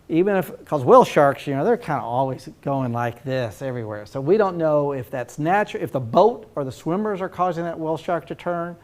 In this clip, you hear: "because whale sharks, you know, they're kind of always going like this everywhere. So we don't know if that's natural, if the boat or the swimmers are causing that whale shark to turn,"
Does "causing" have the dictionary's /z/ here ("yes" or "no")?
yes